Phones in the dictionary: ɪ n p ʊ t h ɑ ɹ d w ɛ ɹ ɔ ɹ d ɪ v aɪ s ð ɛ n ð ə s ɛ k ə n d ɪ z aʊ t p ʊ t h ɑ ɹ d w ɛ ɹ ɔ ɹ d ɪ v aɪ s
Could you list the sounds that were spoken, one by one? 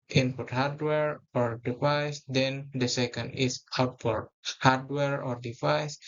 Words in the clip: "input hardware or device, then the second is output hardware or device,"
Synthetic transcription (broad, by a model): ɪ n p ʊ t h ɑ ɹ d w ɛ ɹ ɔ ɹ d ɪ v aɪ s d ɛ n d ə s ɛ k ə n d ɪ s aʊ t f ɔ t h ɑ ɹ d w ɛ ɹ ɔ ɹ d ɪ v aɪ s